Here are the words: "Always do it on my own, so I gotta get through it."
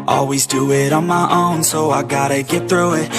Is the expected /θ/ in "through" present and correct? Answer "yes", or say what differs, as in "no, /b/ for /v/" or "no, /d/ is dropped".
yes